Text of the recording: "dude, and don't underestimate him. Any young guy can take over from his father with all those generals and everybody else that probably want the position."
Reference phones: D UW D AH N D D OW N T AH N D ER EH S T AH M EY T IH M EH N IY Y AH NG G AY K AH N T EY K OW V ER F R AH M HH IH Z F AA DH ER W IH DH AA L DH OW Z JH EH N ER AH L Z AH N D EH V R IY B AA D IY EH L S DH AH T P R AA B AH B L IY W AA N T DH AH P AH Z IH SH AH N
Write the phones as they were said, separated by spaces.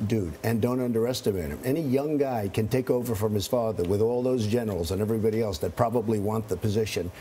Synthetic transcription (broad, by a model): D UW D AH N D D OW N T AH N D ER EH S T AH M EY T IH M EH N IY Y AH NG G AY K AH N T EY K OW V ER F R AH M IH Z F AA DH ER W IH DH AA L DH OW Z JH EH N ER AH L Z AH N EH V R IY B AA D IY EH L S DH AH T P R AA B AH B L IY W AA N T DH AH P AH Z IH SH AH N